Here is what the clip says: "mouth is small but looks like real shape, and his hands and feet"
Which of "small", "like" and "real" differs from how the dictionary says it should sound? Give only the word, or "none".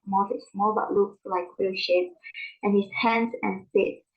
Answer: real